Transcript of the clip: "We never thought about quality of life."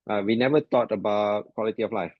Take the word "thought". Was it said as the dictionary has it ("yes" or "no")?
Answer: no